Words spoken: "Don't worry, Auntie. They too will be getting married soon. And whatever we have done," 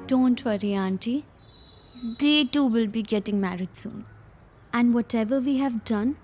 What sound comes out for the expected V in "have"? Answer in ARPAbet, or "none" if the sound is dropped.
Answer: V